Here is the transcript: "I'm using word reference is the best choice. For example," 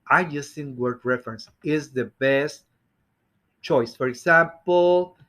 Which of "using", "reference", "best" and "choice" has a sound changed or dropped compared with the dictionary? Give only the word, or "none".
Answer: using